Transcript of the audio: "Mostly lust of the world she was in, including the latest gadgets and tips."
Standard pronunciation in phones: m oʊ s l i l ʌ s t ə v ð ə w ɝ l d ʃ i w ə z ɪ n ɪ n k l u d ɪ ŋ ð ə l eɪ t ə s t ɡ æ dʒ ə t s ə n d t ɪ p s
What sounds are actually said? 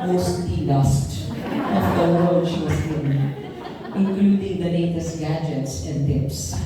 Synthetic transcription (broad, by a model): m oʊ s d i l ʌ s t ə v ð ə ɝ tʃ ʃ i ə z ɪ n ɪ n k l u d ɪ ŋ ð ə n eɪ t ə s ɡ æ dʒ ə t s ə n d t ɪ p s